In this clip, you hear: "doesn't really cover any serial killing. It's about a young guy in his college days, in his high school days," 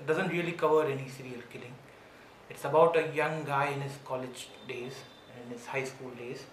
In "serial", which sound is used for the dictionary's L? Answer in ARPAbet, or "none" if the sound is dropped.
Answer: L